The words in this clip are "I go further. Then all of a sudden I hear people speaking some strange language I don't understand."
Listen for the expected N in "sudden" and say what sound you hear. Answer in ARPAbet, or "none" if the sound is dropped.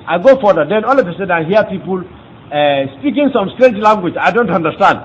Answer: none